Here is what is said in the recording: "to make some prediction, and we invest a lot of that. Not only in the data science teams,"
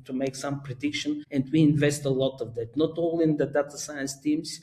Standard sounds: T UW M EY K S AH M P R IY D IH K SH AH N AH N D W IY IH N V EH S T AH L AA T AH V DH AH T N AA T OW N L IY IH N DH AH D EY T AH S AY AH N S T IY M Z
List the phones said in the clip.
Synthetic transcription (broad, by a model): T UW M EY K S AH M P R IY D IH K SH AH N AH N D W IY IH N V EH S T AH L AA T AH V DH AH T N AA T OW L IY IH N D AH D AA T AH S AY AH N S T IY M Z